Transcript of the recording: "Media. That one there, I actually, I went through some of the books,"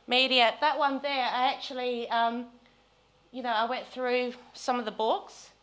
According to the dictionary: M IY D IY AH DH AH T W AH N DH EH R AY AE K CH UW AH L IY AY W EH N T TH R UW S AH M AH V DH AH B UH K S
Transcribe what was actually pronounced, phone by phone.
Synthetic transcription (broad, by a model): M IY D IY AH DH AH T W AH N DH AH R AY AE K CH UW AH N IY AY W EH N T TH R UW S AH M AH V DH AH B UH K S